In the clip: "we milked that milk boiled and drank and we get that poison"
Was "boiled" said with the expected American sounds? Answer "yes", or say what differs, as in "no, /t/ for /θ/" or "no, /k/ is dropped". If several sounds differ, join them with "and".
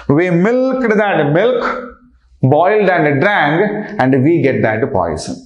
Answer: yes